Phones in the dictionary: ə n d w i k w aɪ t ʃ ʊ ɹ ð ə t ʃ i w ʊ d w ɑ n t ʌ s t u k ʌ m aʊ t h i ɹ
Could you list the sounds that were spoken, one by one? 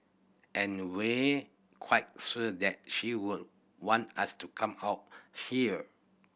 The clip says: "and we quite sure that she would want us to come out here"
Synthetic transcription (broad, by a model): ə n w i k w aɪ t s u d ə t ʃ i w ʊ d w ɑ n t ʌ s t u k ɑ m aʊ t h i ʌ